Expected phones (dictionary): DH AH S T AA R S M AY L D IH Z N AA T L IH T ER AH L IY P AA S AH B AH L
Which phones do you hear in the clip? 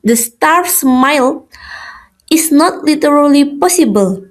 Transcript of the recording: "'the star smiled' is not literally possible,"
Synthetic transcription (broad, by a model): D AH S T AA R S M AY L IH S N AA T L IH T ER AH L IY P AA S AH B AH L